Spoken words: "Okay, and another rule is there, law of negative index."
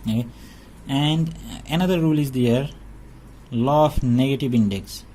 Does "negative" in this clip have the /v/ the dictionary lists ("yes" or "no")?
yes